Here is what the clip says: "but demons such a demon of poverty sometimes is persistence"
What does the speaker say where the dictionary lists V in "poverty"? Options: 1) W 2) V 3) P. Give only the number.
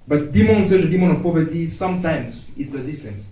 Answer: 2